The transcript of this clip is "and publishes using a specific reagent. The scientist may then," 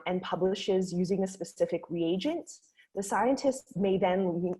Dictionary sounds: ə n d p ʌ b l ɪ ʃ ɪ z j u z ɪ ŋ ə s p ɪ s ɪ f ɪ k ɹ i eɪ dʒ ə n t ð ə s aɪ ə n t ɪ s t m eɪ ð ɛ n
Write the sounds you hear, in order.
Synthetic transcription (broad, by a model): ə n p ʌ b l ɪ ʃ ɪ z j u z ɪ ŋ ə s p ɪ s ɪ f ɪ k ɹ i eɪ dʒ ə n t ð ə s aɪ ə n t ɪ s t m eɪ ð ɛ n